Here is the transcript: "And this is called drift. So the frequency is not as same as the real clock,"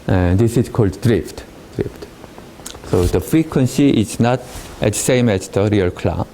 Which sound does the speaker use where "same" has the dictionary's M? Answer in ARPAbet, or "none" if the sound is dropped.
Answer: M